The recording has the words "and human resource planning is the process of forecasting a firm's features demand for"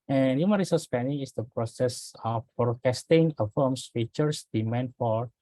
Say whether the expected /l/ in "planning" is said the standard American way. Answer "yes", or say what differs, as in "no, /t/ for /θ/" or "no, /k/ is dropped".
no, /l/ is dropped